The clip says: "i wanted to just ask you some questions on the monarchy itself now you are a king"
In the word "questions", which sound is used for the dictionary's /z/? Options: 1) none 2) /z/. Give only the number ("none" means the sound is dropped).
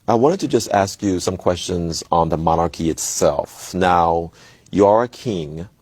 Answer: 2